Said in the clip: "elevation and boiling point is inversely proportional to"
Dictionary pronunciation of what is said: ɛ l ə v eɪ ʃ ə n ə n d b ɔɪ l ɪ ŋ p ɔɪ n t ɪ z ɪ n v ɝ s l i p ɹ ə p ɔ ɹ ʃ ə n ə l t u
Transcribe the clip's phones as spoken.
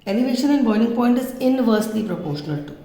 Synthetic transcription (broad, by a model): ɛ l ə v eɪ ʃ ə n ə n d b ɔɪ n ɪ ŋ p ɔɪ n t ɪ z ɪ n v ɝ s l i p ɹ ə p ɔ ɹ ʃ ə n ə l t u